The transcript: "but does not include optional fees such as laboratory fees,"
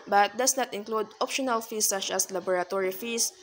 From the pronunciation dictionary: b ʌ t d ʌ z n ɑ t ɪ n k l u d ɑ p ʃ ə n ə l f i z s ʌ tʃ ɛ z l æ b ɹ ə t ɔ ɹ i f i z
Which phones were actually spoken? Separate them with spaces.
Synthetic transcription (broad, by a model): b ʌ t d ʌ s n ɑ t ɪ n k l u d ɑ p ʃ ə n ə l f i s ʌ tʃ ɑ s l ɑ b ɹ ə t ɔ ɹ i f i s